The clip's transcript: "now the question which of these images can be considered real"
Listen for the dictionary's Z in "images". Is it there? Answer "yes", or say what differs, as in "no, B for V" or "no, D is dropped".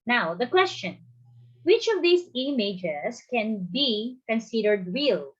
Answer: no, S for Z